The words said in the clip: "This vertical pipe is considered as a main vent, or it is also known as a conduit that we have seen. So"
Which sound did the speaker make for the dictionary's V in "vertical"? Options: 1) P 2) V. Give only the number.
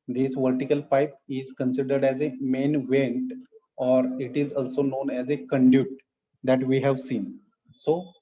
2